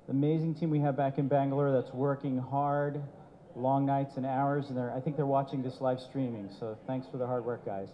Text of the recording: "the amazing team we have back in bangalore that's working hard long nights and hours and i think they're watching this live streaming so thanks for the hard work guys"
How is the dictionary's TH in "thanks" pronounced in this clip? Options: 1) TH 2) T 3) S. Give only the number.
1